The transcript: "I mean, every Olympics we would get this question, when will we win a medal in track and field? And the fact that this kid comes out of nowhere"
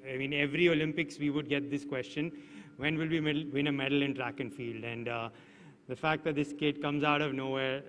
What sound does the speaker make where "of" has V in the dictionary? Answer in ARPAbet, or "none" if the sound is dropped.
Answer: V